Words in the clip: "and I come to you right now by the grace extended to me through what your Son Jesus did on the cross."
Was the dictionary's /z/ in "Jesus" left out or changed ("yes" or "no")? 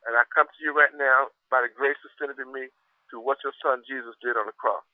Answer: no